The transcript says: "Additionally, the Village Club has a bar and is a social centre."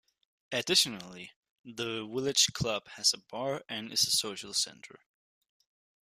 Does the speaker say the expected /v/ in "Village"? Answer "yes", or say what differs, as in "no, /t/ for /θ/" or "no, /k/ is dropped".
no, /w/ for /v/